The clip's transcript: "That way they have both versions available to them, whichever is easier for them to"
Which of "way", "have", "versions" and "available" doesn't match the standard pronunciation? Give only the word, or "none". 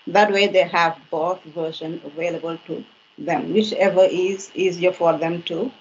versions